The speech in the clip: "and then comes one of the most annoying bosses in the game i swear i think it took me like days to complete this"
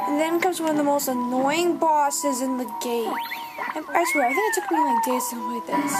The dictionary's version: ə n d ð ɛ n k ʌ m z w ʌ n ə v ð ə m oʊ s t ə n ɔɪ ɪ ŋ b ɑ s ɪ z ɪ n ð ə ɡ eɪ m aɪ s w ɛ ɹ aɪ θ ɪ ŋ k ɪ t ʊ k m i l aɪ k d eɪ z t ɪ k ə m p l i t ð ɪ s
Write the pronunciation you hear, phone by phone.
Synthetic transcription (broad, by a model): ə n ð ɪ n k ʌ m z w ʌ n ə v ð ə m oʊ s t ə n ɔɪ ɪ ŋ b ɑ s ɪ z ɪ n ð ə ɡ eɪ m aɪ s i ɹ aɪ θ ɪ ŋ k ɪ t ʊ k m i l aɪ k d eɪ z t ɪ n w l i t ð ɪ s